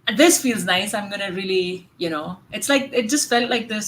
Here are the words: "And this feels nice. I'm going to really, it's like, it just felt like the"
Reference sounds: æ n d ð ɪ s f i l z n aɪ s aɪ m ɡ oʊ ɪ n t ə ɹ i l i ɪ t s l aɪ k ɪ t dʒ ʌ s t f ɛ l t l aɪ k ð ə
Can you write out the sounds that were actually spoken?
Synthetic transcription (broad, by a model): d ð ɪ s f i l z n aɪ s aɪ m ɡ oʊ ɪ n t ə l i n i ɪ t s l aɪ k ɪ t dʒ ʌ s t f ɛ l t l aɪ k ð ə